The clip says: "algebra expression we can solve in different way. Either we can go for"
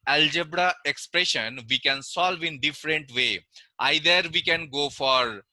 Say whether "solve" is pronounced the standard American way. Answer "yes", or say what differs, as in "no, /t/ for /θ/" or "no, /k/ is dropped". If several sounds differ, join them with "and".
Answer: yes